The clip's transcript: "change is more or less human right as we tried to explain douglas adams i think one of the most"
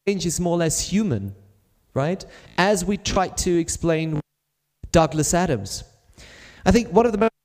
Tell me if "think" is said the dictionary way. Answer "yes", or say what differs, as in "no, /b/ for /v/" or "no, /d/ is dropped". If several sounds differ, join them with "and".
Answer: yes